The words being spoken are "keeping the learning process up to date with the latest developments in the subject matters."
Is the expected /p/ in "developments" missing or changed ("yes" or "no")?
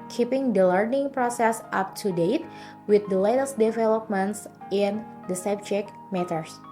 no